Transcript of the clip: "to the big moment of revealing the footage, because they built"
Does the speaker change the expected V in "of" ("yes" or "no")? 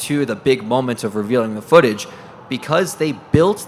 no